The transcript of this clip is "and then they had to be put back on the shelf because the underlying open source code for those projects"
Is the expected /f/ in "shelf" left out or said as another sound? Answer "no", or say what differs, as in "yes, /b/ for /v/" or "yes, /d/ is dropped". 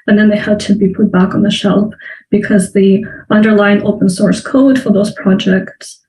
yes, /p/ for /f/